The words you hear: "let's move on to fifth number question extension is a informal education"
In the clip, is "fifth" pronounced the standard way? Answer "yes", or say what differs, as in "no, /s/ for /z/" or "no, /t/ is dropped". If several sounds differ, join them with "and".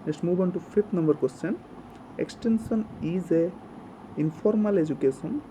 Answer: no, /t/ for /θ/